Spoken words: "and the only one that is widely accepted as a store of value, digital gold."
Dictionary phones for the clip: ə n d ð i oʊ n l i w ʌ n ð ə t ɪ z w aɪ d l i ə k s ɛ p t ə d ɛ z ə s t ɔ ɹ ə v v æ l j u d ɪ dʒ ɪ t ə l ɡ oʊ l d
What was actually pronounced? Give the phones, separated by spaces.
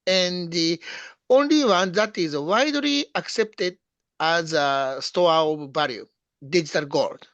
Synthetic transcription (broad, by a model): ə n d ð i oʊ n l i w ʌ n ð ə t ɪ z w aɪ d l i ə k s ɛ p t ə d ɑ z ə s t ɔ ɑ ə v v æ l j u d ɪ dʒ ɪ t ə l ɡ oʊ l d